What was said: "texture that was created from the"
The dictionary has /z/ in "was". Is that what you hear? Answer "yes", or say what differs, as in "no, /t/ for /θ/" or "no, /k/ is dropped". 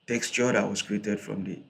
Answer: no, /s/ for /z/